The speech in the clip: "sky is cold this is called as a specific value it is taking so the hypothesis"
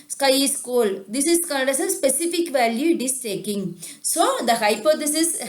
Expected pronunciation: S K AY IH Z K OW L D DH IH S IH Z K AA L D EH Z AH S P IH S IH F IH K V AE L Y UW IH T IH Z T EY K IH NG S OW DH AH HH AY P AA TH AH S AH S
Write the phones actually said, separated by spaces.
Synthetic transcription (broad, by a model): S K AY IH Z K OW L D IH S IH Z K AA N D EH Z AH S P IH S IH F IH K V AE L Y UW IH T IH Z T EY K IH NG S OW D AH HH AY P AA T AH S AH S